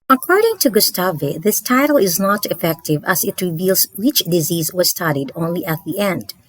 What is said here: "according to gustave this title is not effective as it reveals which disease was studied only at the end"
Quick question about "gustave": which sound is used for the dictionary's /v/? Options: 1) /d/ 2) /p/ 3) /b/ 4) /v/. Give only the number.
4